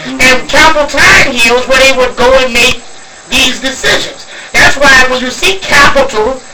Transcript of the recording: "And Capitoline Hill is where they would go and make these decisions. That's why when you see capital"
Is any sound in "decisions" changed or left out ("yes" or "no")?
no